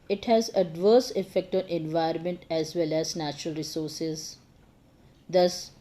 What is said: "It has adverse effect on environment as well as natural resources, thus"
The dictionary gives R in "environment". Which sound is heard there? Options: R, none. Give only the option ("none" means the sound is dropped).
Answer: none